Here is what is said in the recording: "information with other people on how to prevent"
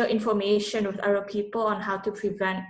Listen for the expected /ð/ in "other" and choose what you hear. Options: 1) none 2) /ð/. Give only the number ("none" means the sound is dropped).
1